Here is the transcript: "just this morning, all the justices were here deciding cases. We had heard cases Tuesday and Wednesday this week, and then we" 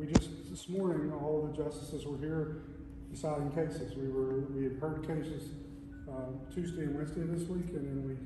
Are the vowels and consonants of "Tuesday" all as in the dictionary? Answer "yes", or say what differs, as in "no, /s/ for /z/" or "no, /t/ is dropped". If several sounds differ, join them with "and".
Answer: yes